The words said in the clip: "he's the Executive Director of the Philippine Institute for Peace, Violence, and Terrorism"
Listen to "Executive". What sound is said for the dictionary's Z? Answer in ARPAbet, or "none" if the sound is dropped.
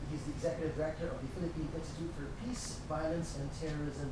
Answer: Z